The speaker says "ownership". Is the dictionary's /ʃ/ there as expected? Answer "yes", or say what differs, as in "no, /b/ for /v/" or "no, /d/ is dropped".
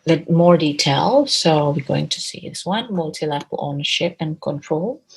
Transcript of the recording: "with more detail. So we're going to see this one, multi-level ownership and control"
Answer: yes